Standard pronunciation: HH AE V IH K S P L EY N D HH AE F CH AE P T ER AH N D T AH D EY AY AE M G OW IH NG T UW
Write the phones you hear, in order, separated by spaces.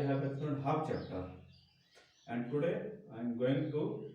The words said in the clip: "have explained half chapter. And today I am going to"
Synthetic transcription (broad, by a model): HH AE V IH S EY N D HH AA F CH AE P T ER AH N D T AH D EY AY M G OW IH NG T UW